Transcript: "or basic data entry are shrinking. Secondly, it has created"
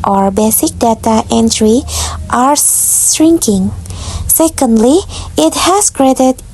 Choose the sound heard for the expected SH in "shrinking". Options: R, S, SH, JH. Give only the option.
S